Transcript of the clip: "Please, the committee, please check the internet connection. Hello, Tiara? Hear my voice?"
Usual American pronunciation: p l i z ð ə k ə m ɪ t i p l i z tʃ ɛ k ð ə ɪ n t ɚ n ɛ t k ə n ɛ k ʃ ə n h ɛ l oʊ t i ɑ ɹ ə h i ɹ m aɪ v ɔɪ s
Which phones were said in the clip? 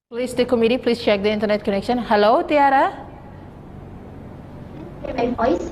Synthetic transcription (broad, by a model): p l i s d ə k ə m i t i p l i s tʃ ɛ k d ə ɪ n t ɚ n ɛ t k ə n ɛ k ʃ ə n h ɛ l oʊ t i ɑ ɹ ə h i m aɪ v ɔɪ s